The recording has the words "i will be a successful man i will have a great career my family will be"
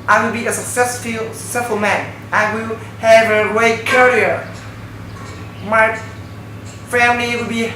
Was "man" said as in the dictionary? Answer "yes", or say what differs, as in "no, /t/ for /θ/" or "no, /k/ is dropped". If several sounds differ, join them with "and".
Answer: yes